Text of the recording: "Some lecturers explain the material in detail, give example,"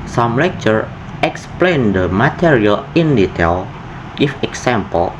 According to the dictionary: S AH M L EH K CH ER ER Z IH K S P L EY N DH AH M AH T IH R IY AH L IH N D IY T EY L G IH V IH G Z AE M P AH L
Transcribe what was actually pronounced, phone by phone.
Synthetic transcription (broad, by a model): S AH M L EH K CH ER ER IH K S P L EY N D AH M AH T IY R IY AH L IH N D IY T EY L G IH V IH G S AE M P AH L